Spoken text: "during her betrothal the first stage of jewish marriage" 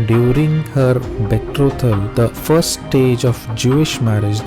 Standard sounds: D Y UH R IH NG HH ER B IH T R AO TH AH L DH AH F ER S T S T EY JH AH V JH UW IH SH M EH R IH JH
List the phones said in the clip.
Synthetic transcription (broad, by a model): D Y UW R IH NG HH ER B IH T R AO T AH L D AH F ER T S T EY JH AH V JH UW IH SH M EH R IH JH